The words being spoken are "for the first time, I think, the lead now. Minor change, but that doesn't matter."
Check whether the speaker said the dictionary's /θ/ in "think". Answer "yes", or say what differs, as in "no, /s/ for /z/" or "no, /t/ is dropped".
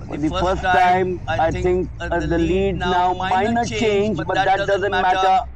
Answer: no, /t/ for /θ/